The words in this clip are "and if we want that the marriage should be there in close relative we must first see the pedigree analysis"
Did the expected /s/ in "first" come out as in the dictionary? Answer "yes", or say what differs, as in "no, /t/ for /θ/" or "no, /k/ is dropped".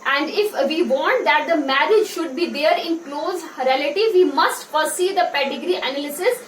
no, /s/ is dropped